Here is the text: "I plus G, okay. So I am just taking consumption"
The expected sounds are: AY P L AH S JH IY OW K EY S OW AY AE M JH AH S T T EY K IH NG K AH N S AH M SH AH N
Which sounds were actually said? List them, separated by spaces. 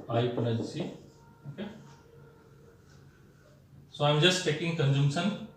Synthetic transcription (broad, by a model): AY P N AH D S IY OW K EY S OW AY M JH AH S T T EY K IH NG K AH N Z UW M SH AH N